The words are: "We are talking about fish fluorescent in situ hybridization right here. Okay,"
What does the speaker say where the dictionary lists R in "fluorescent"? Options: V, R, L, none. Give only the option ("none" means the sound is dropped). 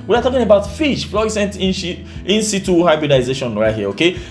none